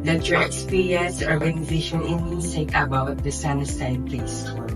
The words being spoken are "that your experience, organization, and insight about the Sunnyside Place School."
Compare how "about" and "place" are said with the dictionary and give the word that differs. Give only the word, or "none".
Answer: none